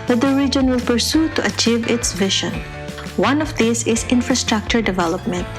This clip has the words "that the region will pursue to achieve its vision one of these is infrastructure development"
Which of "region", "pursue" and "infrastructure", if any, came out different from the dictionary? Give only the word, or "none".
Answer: none